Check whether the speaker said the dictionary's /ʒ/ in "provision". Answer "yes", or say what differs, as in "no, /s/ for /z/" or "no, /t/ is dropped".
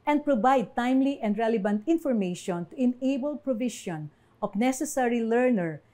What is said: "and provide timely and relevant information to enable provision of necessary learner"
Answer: no, /ʃ/ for /ʒ/